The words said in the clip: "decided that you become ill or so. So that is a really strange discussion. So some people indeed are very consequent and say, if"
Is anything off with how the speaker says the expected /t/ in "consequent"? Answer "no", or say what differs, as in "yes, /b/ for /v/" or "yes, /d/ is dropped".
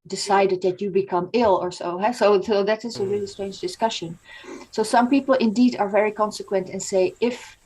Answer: no